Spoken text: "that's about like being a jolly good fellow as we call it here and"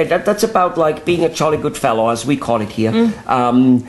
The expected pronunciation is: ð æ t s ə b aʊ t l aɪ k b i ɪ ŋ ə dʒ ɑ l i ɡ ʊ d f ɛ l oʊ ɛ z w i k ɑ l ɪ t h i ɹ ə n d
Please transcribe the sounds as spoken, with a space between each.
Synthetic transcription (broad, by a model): ð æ t s ə b aʊ t l aɪ k b i ɪ ŋ ə tʃ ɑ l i ɡ ʊ d f ɛ l oʊ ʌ z w i k ɑ l ɪ t h i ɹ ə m